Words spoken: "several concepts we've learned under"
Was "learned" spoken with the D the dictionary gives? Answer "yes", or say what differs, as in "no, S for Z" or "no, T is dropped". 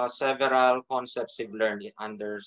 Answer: no, D is dropped